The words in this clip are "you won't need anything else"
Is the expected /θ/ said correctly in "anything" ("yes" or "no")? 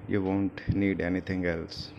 no